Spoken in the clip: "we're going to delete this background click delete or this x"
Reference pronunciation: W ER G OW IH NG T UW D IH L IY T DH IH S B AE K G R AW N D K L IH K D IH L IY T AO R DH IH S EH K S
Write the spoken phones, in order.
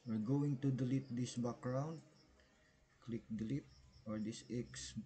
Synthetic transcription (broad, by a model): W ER G OW IH NG T UW D IH L IY T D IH S B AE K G R AW N D K L IH K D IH L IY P AO R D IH S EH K S